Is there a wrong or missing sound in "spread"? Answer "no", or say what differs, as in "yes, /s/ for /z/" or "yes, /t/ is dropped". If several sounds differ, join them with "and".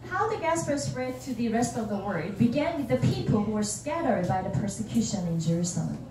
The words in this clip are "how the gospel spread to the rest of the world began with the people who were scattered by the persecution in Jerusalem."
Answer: yes, /p/ is dropped